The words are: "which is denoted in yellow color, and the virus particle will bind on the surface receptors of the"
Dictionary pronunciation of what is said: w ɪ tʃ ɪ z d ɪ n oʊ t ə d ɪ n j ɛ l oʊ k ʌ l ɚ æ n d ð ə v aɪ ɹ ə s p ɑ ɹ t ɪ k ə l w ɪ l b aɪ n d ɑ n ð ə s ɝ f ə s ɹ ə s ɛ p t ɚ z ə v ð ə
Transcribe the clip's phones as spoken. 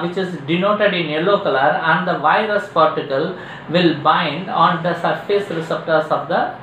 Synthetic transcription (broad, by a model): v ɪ tʃ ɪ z d ɪ n oʊ t ə d ɪ n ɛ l oʊ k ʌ l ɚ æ n d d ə v aɪ ɹ ə s p ɑ ɹ t ɪ k ə l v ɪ l b aɪ n d ɑ n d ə s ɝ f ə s ɹ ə s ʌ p t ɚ s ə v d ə